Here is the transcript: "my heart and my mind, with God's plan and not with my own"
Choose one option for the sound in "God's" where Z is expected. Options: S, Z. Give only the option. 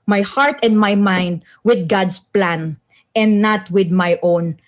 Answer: S